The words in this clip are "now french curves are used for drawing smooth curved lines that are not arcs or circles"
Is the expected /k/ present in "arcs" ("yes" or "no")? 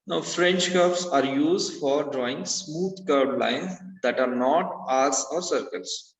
no